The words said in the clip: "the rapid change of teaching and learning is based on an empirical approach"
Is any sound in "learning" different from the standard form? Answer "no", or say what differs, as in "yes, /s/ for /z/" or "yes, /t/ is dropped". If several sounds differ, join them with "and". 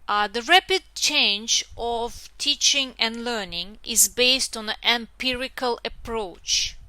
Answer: no